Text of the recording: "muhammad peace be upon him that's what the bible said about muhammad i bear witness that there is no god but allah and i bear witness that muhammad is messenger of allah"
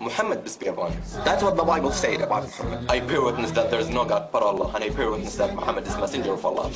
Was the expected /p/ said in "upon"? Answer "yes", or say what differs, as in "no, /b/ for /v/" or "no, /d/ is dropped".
no, /b/ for /p/